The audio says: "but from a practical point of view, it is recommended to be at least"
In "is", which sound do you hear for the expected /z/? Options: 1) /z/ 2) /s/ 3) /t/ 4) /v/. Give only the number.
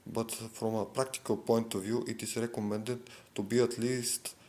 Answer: 2